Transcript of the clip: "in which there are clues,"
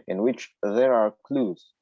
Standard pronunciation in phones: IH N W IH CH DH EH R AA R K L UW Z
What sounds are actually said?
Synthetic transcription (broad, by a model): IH N W IH CH DH EH R AA R K L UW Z